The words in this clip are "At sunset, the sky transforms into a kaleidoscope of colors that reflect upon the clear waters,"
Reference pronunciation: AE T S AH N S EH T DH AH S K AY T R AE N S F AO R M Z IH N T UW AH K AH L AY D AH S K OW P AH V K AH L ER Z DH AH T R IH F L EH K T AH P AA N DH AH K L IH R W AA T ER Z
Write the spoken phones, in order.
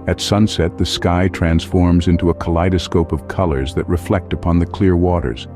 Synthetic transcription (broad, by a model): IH T S AH N S EH T DH AH S K AY T R AE N S F AO R M Z IH N T UW AH K AH L AY D AH S K OW P AH V K AH L ER Z DH AH T R IH F L EH K T AH P AA N DH AH K L IH R W AA T ER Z